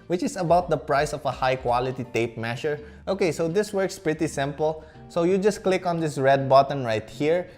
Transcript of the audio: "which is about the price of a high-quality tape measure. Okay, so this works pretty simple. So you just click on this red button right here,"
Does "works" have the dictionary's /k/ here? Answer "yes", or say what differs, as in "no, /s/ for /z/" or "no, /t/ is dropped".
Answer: yes